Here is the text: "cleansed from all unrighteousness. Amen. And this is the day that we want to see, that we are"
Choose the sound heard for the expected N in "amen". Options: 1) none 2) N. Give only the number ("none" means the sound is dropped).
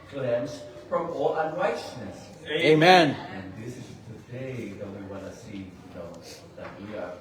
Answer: 2